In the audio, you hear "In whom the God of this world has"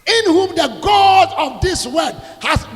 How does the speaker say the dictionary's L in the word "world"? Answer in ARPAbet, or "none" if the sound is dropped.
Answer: none